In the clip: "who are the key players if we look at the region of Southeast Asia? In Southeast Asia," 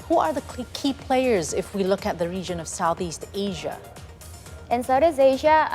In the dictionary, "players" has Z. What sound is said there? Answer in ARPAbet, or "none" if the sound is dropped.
Z